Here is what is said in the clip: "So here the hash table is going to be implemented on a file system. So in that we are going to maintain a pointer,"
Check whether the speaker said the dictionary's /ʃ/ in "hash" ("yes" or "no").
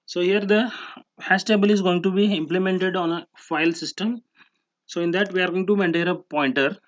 no